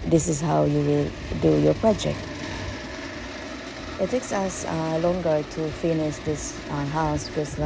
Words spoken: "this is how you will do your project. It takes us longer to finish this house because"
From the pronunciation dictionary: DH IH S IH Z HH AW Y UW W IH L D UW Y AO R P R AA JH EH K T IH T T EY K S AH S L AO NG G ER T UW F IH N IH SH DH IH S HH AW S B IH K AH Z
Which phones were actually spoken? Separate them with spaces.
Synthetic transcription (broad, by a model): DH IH S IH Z HH AW Y UW W IH L D UW Y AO P R AA JH EH K T IH T T EY K S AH S L AO NG G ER T UW F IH N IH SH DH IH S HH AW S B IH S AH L